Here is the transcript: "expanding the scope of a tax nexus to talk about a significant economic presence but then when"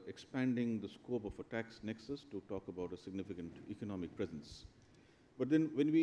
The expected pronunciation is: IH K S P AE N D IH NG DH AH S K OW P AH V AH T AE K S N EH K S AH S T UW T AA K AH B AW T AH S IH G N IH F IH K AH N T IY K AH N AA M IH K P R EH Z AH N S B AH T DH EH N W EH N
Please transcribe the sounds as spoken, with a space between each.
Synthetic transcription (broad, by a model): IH K S P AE N D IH NG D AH S K OW P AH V AH T AE K S N EH K S AH S T UW T AA K AH B AW T AH S IH G N IH F IH K AH N T IY K AH N AA M IH K P R EH Z AH N S B AH T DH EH N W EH N